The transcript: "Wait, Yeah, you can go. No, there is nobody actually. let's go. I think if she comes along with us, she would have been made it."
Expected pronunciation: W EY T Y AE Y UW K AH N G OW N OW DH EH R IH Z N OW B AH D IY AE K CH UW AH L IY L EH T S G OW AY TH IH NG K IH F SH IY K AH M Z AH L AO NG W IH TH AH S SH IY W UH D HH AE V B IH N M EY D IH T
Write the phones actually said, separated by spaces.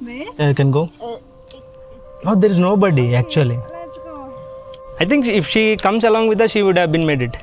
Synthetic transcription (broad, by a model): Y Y K AH N G OW N OW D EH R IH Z N OW B AH D IY AE K CH UW AH L IY AY T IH NG K IH F SH IY K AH M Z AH L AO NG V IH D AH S SH IY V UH D HH AE V B IH N M EY D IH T